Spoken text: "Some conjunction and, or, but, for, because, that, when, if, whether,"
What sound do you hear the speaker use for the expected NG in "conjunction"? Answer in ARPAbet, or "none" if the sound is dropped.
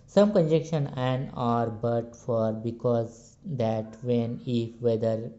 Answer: none